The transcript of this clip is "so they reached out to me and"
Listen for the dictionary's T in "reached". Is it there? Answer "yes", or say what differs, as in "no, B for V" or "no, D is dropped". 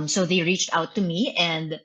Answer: yes